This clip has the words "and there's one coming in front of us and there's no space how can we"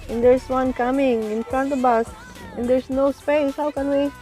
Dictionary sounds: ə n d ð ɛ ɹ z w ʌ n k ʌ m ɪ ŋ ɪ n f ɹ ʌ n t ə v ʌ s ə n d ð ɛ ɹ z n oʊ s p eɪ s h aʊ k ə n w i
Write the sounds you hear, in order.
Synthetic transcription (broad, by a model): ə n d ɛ ɹ s w ʌ n k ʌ m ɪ ŋ ɪ n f ɹ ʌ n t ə b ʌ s ə n d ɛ ɹ s n oʊ s p eɪ s h aʊ k ə n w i